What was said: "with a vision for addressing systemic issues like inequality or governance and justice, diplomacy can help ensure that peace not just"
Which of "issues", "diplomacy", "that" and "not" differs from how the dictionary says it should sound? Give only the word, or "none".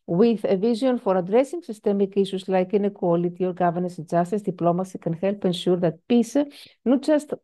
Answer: issues